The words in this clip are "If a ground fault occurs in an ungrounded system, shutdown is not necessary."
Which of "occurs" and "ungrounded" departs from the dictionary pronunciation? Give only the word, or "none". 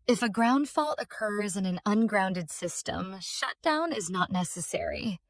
none